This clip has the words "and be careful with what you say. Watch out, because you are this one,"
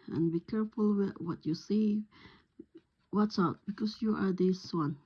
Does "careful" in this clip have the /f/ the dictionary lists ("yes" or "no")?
yes